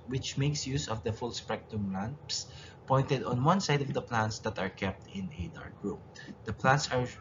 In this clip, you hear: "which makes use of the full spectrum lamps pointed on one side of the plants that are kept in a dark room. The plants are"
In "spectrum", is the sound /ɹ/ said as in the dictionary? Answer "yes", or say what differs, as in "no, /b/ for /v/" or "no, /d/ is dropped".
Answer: no, /ɹ/ is dropped